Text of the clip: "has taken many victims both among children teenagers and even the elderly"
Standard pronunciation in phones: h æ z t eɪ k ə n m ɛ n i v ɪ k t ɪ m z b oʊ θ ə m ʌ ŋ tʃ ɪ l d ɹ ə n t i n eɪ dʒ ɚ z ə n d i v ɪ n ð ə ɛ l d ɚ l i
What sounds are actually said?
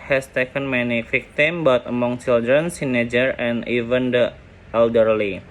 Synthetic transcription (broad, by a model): h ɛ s t eɪ k ə n m ɛ n i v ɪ k t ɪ m b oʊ t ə m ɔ ŋ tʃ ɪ l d ɹ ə n s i n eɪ dʒ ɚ ə n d i v ɪ n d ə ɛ l d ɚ l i